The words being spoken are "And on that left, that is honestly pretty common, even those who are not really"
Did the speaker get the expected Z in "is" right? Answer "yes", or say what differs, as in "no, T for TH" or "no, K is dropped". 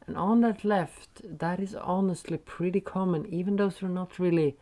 yes